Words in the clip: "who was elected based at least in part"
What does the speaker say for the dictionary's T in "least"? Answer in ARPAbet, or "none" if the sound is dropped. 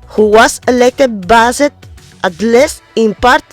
none